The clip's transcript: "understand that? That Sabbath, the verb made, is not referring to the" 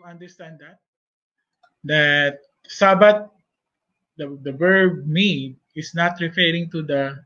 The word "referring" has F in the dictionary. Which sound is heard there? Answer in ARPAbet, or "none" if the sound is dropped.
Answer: F